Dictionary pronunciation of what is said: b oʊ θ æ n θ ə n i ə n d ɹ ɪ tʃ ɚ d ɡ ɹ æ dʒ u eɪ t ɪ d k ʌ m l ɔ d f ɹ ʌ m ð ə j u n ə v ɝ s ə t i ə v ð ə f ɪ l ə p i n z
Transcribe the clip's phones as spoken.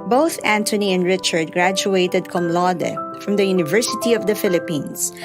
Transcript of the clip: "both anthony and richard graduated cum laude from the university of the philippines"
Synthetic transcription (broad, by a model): b oʊ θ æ n t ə n i ə n d ɹ ɪ tʃ ɚ d ɡ ɹ æ dʒ u eɪ t ɪ d k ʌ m l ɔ d f ɹ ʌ m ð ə j u n ə v ɝ s ə t i ə v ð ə f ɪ l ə p i n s